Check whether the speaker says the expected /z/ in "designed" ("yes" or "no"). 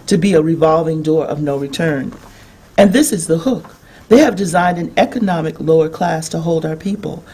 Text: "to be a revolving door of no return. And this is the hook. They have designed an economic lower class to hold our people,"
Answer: yes